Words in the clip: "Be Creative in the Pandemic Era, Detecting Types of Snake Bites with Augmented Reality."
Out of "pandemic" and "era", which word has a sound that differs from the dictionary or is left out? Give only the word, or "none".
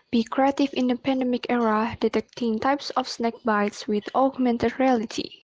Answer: none